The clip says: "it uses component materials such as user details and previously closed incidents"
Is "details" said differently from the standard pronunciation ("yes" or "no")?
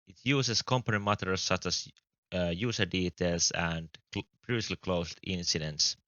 yes